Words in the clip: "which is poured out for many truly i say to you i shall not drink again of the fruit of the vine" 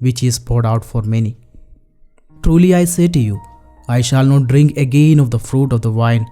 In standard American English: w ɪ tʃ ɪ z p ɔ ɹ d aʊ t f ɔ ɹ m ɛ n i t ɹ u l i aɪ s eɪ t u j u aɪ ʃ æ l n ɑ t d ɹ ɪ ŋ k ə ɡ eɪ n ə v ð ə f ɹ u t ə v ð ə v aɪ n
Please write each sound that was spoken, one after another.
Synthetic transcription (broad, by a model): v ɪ tʃ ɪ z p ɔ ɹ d aʊ t f ɔ ɹ m ɛ n i t ɹ u l i aɪ s eɪ t u j u aɪ ʃ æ l n ɑ t d ɹ ɪ ŋ k ə ɡ eɪ n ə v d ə f ɹ u t ə v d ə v aɪ n